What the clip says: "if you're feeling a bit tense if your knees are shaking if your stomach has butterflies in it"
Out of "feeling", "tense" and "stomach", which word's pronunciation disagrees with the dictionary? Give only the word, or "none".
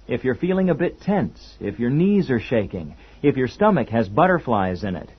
none